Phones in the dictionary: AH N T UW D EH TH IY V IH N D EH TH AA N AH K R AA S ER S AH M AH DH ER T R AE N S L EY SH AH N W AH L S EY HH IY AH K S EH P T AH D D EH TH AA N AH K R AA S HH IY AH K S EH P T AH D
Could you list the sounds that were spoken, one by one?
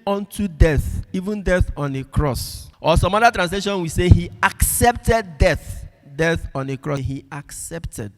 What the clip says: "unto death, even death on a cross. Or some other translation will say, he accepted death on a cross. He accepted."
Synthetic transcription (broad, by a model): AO N T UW D EH TH IY V IH N D EH TH AA N AH K R AA S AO S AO M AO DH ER T R AE N S L EY SH AH N W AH S EY HH IY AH K S EH P T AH D D EH TH AA N AH K R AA HH IY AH K S EH P T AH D